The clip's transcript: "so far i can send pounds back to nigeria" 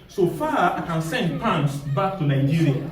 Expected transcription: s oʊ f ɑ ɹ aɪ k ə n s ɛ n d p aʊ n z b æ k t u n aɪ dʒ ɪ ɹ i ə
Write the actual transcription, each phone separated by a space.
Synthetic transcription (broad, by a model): s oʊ f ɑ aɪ k ə n s ɛ n d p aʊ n s b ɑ k t u n aɪ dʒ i ɹ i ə